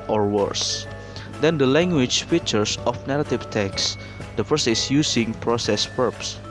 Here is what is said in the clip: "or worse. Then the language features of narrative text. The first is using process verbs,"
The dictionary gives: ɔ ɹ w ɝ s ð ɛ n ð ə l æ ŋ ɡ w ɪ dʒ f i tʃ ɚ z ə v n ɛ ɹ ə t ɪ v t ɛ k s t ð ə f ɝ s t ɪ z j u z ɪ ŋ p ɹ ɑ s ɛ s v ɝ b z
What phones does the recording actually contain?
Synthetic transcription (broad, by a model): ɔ ɹ w ɝ s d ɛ n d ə l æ ŋ ɡ w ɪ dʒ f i tʃ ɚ s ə f n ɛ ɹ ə t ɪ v t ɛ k s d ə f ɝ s ɪ s j u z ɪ ŋ p ɹ ɑ s ɛ s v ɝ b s